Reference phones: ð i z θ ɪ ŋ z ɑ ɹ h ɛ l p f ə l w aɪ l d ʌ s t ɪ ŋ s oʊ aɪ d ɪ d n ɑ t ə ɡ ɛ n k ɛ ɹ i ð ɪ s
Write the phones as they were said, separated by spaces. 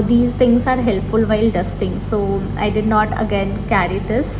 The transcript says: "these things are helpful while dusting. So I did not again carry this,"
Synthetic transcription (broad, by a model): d i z t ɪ ŋ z ɑ ɹ h ɛ l p f ə l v aɪ l d ʌ s t ɪ ŋ s oʊ aɪ d ɪ d n ɑ t ə ɡ ɛ n k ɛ ɹ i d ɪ s